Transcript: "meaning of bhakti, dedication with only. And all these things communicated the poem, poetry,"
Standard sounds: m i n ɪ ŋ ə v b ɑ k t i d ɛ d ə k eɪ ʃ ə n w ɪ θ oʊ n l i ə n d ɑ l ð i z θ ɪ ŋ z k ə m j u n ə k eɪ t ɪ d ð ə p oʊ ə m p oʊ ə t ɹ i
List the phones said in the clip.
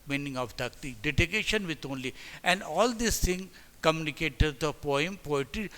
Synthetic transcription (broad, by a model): m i n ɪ ŋ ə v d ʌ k t i d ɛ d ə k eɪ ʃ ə n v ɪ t oʊ n l i ə n d ɑ l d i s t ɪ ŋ k ə m j u n ə k eɪ t ɪ d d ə p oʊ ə m p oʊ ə t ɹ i